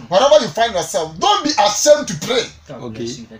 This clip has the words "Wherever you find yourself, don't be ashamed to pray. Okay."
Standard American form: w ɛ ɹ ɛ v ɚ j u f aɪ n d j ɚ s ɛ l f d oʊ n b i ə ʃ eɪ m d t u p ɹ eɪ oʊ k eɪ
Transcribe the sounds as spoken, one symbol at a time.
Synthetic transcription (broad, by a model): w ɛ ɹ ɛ v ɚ j u f aɪ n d j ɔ s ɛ l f d oʊ n b i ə s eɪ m t u p ɹ eɪ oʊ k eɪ